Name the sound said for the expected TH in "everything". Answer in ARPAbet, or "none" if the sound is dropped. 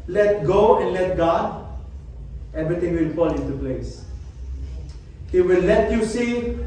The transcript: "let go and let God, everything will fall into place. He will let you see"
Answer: T